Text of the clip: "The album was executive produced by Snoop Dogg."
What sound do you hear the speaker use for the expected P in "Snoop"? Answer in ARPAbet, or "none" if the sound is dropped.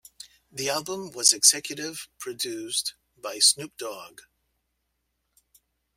P